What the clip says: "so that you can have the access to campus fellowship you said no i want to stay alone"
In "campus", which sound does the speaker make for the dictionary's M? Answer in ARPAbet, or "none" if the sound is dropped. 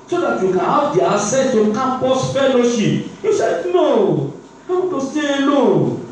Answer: none